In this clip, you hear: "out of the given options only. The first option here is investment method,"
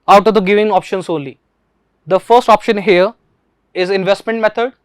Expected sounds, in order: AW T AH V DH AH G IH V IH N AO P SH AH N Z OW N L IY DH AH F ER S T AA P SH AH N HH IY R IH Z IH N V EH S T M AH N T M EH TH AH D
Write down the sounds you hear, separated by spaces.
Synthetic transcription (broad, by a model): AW T AH V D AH G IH V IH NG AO P SH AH N S OW N L IY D AH F ER S T AA P SH AH N HH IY R IH Z IH N V EH S T M AH N T M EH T AH D